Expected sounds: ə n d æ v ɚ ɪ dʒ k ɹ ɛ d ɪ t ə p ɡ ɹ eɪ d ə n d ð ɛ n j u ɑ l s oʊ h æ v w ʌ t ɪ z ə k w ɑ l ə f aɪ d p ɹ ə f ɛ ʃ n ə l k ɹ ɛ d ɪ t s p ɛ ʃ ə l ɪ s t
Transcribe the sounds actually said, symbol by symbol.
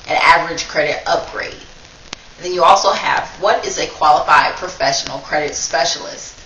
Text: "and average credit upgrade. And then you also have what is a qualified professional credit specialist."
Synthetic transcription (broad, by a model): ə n æ v ɚ ɪ dʒ k ɹ ɛ d ɪ t ə p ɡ ɹ eɪ ə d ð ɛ n j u ɑ l s oʊ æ v w ʌ t ɪ z ə k w ɑ l ə f aɪ d p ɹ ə f ɛ ʃ n l k ɹ ɛ d ɪ t s p ɛ ʃ l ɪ s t